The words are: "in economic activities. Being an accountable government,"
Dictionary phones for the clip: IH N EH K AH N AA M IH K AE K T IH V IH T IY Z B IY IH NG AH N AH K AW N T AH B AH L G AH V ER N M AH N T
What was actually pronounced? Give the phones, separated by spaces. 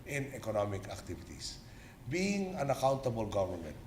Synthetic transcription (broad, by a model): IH N EH K AH N AA M IH K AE K T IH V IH T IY S B IY IH NG AH N AH K AW N T AH B AH L G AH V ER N M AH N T